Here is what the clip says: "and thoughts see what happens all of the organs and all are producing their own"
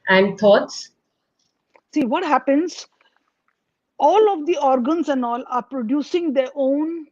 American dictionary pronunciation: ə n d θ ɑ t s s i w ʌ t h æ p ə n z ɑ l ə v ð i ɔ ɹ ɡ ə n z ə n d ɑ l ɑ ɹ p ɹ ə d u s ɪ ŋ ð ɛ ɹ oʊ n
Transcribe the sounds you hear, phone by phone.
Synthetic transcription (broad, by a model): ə n d t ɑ t s s i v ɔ t h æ p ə n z ɑ l ə v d i ɔ ɹ ɡ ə n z ə n d ɑ l ɑ ɹ p ɹ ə d u s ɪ ŋ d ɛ ɹ oʊ n